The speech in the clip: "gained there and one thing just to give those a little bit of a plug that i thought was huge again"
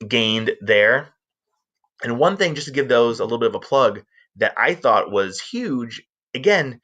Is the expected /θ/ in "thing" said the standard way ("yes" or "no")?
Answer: yes